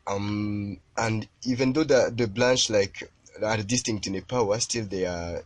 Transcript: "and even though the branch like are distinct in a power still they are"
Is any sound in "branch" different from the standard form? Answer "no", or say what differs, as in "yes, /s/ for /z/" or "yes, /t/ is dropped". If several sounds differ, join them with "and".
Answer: yes, /l/ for /ɹ/